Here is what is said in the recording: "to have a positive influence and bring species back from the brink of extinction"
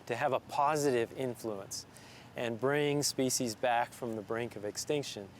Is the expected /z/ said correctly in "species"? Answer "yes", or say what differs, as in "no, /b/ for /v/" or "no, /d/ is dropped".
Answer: yes